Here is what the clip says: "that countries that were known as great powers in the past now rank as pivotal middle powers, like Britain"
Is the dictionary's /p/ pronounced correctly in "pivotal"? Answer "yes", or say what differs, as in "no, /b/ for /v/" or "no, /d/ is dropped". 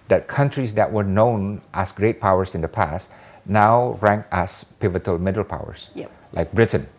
yes